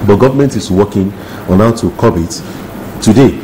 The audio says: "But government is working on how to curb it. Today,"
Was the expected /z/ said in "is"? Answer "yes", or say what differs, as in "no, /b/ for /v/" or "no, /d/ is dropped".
no, /s/ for /z/